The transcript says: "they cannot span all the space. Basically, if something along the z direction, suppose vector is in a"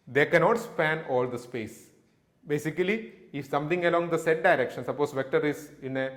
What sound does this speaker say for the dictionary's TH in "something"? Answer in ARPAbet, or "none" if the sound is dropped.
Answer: T